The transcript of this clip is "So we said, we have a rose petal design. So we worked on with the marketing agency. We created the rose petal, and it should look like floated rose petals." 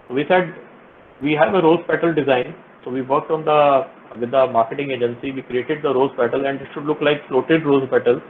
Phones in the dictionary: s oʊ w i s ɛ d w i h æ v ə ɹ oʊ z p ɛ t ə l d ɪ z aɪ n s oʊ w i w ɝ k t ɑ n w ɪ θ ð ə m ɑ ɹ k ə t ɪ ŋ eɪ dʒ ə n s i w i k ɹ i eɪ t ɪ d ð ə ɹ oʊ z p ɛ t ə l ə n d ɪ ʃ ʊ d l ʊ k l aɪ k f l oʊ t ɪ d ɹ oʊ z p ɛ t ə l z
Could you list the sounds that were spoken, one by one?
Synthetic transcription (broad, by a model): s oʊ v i s ɛ d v i h æ v ə ɹ oʊ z p ɛ t ə l d ɪ z aɪ n s oʊ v i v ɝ k t ɑ n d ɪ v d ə m ɑ ɹ k ə t ɪ ŋ eɪ dʒ ə n s i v i k ɹ i eɪ t ɪ d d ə ɹ oʊ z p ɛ t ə l ə n d ɪ ʃ ʊ d l ʊ k l aɪ k f l oʊ t ɪ d ɹ oʊ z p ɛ t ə l